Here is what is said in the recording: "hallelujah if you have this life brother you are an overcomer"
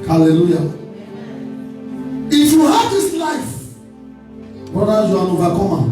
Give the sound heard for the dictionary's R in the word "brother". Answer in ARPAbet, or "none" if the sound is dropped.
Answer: none